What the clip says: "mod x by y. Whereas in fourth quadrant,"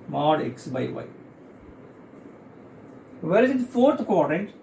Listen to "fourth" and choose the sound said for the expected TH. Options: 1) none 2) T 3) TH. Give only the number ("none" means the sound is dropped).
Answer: 2